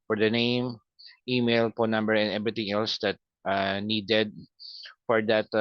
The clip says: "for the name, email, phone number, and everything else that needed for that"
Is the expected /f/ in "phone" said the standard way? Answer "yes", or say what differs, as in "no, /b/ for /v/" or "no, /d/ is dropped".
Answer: no, /p/ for /f/